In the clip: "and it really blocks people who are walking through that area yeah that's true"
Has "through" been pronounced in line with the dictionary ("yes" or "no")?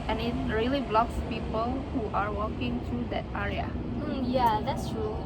no